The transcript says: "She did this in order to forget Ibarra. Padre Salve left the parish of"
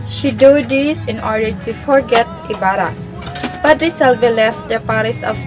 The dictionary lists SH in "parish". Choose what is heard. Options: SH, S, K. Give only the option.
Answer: S